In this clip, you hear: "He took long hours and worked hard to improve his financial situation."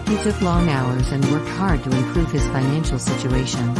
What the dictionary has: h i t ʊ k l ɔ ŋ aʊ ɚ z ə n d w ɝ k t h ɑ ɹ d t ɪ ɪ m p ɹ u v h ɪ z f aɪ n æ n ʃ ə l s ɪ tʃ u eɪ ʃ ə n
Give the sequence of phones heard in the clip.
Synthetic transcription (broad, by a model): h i s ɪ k l ɔ ŋ aʊ ɚ z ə n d w ɝ k t h ɑ ɹ d t ɪ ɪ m p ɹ u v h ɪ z f aɪ n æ n ʃ l s ɪ tʃ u eɪ ʃ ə n